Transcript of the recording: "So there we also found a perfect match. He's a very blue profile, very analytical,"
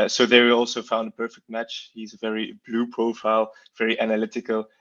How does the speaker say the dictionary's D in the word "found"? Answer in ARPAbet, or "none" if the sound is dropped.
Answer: D